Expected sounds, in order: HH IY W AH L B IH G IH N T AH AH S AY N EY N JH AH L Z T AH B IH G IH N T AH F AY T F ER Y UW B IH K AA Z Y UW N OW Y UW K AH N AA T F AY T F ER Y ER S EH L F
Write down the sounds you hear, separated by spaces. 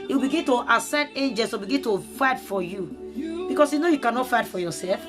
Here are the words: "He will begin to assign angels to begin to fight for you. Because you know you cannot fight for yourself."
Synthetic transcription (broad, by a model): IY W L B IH G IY N T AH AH S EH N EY N JH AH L S T AH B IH G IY N T AH F AY T F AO Y UW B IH K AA S Y UW N OW Y UW K AH N AA T F AY T F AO Y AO S EH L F